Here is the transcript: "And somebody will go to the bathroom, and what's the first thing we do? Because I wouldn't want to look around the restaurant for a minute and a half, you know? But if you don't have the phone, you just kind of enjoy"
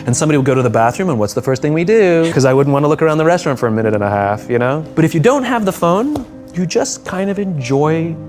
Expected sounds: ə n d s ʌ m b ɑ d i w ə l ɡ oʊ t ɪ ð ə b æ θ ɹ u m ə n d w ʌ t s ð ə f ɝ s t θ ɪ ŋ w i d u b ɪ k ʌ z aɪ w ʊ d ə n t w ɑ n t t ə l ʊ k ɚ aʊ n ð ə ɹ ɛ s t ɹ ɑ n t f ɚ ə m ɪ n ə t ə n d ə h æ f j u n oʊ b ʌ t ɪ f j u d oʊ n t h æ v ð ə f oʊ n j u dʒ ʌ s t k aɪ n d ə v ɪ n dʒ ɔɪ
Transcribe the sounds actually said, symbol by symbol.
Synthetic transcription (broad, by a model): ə n s ʌ m b ɑ d i w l ɡ oʊ t ɪ ð ə b æ θ ɹ u m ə n w ʌ t s ð ə f ɝ s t θ ɪ ŋ w i d u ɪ k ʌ z aɪ w ʊ d n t w ɑ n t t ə l ʊ k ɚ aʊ n ð ə ɹ ɛ s t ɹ ɑ n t f ɚ ə m ɪ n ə t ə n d ə h æ f j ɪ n oʊ b ʌ t ɪ f j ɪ d oʊ n t h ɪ v ð ə f oʊ n j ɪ dʒ ʌ s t k aɪ n d ə v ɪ n dʒ ɔɪ